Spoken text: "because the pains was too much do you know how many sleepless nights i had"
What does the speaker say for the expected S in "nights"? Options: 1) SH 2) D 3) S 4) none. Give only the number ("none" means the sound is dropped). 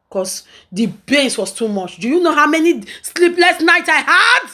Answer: 4